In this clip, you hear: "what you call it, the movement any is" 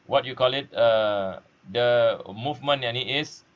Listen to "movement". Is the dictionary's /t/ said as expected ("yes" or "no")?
no